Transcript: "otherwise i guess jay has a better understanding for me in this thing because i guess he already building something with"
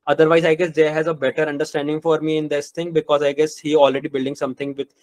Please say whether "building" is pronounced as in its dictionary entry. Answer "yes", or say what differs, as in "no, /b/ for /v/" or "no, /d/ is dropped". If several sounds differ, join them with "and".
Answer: yes